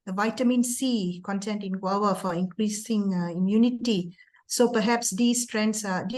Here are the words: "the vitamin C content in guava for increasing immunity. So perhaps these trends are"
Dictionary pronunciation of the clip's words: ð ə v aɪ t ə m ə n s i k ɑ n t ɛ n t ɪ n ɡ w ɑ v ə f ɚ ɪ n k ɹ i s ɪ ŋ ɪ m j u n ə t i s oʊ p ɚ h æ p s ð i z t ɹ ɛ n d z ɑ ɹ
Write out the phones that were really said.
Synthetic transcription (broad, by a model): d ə v aɪ t ə m ə n s i k ɑ n t ɛ n t ɪ n ɡ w ɑ w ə f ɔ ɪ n k ɹ i s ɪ ŋ ɪ m j u n ə t i s oʊ p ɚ h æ p s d i s t ɹ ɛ n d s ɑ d